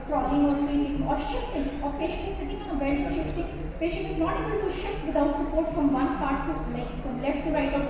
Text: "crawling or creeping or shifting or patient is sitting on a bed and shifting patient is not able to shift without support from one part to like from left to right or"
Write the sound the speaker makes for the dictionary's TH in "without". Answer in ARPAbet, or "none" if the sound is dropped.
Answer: T